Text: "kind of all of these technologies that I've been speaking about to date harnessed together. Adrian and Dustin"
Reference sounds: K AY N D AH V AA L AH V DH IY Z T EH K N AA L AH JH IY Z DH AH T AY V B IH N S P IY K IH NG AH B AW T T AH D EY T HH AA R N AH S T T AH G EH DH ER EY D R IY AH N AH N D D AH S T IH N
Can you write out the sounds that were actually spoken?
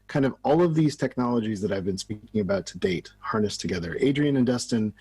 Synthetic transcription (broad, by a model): K AY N D AH V AA L AH V DH IY Z T EH K N AA L AH JH IY Z DH AH T AY V B IH N S P IY K IH NG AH B AW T T AH D EY T HH AA R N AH S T T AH G EH DH ER EY D R IY AH N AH N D D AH S T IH N